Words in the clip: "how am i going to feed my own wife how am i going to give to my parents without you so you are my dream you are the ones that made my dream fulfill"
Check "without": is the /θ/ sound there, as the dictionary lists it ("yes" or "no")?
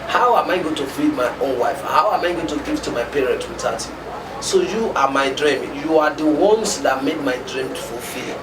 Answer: no